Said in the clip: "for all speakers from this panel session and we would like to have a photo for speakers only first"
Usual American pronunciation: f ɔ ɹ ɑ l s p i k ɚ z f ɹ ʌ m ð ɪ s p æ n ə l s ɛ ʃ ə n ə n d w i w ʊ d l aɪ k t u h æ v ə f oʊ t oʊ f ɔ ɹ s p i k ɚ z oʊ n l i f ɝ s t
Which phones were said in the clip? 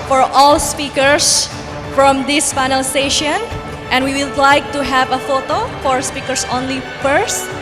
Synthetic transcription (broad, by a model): f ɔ ɹ ɑ l s p i k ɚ s f ɹ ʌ m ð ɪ s f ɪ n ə l s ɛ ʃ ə n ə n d w i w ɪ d l aɪ k t u h æ v ə f oʊ t oʊ f ɔ ɹ s p i k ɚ s oʊ n l i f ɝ s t